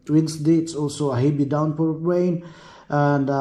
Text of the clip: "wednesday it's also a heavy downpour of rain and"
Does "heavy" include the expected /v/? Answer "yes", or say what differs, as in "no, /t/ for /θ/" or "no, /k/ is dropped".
no, /b/ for /v/